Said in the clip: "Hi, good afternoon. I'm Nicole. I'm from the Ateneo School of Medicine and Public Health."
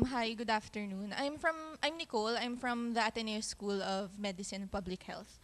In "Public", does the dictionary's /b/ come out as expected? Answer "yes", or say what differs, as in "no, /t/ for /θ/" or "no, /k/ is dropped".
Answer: yes